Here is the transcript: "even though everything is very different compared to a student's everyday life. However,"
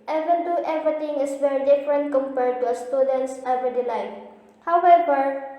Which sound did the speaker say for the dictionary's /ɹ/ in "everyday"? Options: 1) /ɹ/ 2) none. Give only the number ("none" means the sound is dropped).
2